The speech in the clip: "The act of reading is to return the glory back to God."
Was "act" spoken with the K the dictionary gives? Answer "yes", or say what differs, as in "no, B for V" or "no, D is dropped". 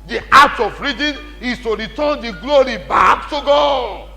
no, K is dropped